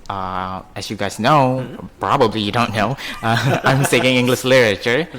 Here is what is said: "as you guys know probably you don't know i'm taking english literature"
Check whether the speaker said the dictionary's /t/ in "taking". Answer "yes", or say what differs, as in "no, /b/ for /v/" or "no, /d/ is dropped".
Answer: no, /s/ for /t/